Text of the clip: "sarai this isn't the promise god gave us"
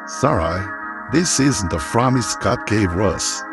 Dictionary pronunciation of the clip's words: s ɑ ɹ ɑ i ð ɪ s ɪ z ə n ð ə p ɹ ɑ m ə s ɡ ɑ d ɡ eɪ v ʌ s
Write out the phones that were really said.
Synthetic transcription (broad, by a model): s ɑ ɹ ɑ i ð ɪ s ɪ z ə n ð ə f ɹ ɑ m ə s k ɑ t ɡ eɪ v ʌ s